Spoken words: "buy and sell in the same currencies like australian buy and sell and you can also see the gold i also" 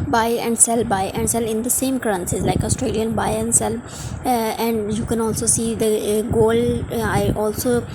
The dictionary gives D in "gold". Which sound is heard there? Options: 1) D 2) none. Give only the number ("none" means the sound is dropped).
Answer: 2